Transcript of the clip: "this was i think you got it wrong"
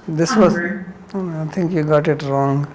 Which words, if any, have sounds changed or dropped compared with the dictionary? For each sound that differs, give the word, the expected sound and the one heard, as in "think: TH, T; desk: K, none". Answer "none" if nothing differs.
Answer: think: TH, T